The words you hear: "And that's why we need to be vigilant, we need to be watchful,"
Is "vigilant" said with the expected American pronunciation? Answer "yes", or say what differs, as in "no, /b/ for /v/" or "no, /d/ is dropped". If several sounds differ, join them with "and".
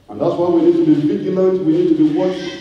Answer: no, /n/ is dropped